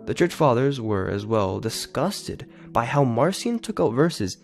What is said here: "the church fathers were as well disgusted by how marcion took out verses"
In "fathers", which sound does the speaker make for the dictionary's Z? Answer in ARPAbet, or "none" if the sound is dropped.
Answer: Z